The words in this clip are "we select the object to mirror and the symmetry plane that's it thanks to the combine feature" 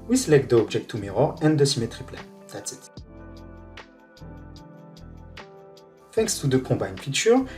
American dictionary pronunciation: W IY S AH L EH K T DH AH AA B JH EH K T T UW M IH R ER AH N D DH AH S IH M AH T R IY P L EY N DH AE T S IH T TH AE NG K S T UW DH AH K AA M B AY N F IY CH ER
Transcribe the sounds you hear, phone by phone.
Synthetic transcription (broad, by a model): W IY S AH L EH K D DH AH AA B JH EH K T T UW M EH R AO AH N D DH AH S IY M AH T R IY P L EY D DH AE T S IH T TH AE NG K S T UW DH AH K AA B AY N F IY CH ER